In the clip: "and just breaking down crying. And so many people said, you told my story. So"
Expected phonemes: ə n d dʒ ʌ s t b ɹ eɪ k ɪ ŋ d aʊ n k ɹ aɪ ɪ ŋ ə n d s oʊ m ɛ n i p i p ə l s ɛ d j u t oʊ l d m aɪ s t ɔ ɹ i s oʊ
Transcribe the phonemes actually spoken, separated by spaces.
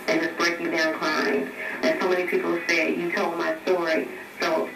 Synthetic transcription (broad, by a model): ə n dʒ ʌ s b ɹ eɪ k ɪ d aʊ n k l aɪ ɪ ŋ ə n s oʊ m ɛ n i p i p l s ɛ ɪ j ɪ t oʊ l d m aɪ s t ɔ ɹ i s oʊ